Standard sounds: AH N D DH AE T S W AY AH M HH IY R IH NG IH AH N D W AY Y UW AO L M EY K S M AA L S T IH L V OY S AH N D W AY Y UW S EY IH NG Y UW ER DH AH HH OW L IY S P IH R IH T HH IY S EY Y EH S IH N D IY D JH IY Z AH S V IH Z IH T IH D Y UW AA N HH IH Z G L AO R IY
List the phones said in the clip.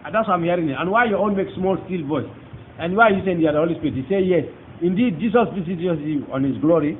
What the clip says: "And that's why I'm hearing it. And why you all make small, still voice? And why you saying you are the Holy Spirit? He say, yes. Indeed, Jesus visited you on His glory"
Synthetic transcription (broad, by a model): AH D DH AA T S W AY AH M HH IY R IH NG IH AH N W AY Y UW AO N M EY K S M AA L S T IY L V OY S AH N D W AY Y UW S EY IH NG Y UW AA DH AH HH OW L IY S P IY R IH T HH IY S EY Y EH S IH N D IY D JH IY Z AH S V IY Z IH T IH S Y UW AA N HH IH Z G L AO R IY